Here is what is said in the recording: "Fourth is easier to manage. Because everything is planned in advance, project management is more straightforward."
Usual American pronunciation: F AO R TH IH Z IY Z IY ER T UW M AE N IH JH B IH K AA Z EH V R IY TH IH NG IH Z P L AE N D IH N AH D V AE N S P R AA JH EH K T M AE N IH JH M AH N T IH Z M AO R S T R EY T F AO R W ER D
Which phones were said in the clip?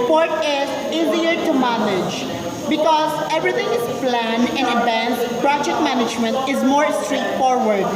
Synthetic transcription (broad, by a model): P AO R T IH Z IY Z IY ER T UW M AE N IH JH B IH K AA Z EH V R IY T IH NG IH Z P L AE N IH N AH D V AE N S P R AA JH EH K T M AE N IH JH M AH N T IH Z M AO R S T R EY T F AO R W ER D